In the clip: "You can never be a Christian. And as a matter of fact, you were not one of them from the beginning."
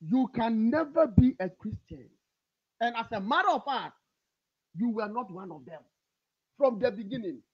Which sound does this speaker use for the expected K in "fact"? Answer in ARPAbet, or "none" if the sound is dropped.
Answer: none